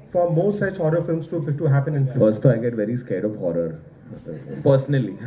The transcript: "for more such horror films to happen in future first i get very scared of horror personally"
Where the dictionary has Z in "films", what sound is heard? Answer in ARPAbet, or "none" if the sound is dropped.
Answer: S